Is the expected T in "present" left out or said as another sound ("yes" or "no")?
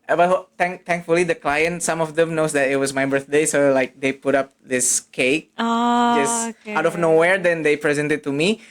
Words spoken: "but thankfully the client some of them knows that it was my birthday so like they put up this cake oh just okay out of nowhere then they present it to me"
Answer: no